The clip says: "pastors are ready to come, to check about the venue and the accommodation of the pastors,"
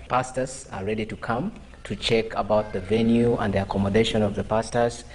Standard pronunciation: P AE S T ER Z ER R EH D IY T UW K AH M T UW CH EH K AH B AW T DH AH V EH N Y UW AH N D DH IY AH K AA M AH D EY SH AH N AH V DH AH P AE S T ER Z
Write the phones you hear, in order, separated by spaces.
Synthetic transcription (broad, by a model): P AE S T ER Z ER R EH D IY T UW K AH M T UW CH EH K AH B AW T DH AH V EH N Y UW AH N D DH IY AH K AA M AH D EY SH AH N AH V DH AH P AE S T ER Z